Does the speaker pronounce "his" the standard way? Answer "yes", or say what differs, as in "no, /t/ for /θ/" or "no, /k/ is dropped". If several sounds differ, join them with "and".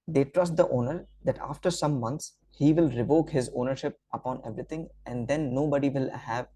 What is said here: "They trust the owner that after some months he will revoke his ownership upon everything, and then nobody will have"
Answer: yes